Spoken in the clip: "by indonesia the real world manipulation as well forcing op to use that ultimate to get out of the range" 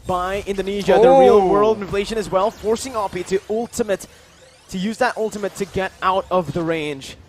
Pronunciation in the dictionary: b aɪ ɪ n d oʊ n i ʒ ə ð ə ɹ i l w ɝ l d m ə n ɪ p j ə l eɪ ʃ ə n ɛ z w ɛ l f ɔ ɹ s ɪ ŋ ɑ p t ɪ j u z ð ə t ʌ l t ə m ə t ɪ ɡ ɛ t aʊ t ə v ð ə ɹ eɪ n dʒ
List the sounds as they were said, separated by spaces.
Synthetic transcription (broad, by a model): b aɪ ɪ n d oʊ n i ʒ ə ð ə ɹ i l w ɝ l d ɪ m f l eɪ ʃ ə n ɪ z w ɛ l f ɔ ɹ s ɪ ŋ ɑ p t ɪ j u z ð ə t ʌ l t ə m ə t ɪ ɡ ɛ t aʊ t ə v ð ə ɹ eɪ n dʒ